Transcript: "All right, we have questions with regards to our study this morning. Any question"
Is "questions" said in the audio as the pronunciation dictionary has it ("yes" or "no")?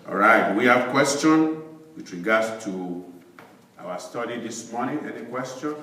no